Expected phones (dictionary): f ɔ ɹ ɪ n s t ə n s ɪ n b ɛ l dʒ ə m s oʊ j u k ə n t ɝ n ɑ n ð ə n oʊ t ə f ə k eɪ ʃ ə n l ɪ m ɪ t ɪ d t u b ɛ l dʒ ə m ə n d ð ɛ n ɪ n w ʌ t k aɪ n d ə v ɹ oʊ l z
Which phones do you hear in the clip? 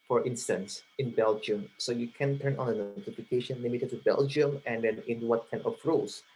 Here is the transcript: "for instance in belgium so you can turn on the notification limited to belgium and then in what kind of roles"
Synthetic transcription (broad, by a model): f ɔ ɹ ɪ n s t ə n s ɪ n b ɛ l dʒ ə m s oʊ j u k ə n t ɝ n ɑ n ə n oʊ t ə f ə k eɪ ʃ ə n l ɪ m ɪ t ɪ d t u b ɛ l dʒ ə m ə n d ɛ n ɪ n w ʌ t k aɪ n ə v ɹ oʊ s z